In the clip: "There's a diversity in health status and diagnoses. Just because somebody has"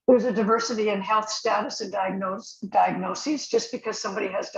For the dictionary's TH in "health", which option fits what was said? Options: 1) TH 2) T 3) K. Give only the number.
1